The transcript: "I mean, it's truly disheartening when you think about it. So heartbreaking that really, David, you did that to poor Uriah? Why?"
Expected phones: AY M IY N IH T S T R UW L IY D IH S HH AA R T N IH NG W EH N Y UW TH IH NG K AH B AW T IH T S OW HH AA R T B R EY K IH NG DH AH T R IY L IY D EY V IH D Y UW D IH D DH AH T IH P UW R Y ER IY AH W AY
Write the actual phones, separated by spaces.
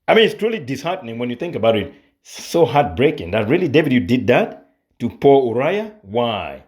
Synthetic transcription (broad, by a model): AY M IY N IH T S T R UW L IY D IH S HH AA R T N IH NG W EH N Y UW TH IH NG K AH B AW T IH T S OW HH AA R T B R EY K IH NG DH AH T R IY L IY D EY V IH D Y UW D IH D DH AH T IH P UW R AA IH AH W AY